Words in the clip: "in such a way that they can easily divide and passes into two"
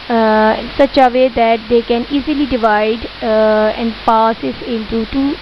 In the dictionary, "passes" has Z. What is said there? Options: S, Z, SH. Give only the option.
S